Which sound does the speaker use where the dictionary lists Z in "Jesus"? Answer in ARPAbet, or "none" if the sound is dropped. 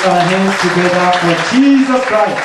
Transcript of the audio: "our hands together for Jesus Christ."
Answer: Z